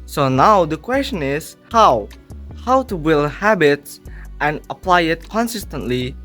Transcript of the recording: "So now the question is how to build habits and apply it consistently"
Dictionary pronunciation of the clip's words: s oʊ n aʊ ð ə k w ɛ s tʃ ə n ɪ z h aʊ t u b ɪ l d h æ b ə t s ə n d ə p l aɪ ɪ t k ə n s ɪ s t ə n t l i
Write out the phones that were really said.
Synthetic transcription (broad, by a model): s oʊ n aʊ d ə k w ɛ s tʃ ə n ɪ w h aʊ t u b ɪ l h æ b ə t s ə n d ə p l aɪ ɪ t k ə n s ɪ s t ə n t l i